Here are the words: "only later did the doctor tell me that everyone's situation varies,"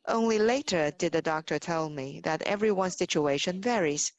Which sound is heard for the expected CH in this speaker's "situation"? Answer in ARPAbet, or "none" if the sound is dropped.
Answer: CH